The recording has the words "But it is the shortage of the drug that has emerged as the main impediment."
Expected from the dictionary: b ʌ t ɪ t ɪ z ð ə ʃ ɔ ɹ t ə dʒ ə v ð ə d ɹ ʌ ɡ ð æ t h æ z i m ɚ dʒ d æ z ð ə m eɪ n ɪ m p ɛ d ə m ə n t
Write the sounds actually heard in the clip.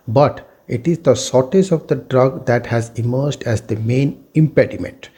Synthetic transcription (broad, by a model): b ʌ t ɪ t ɪ z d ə s ɔ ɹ t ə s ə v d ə d ɹ ʌ ɡ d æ t h æ z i m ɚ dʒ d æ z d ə m eɪ n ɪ m p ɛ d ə m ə n t